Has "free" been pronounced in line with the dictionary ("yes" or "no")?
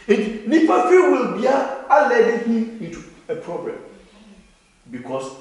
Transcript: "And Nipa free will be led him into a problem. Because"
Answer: no